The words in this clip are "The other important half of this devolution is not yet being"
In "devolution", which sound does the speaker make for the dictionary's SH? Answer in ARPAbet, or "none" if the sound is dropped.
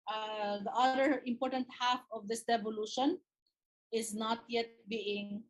SH